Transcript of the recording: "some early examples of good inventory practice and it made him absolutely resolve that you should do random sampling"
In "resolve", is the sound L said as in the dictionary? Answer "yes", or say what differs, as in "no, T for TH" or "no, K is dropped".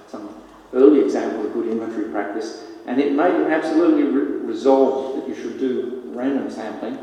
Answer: yes